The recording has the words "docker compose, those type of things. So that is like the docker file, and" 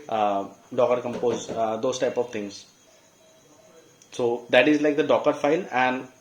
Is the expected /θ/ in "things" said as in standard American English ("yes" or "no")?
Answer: no